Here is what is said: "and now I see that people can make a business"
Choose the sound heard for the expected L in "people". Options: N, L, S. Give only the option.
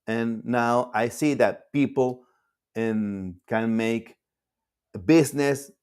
N